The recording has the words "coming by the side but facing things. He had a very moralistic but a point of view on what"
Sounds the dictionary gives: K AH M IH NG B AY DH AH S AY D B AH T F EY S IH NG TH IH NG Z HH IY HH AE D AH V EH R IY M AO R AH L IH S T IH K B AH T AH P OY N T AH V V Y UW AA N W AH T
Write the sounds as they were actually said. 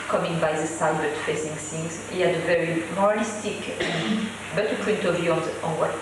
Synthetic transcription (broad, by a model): K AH M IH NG B AY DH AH S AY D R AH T F EY S IH NG S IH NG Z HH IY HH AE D AH V EH R IY M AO R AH L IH S T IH K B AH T AH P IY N T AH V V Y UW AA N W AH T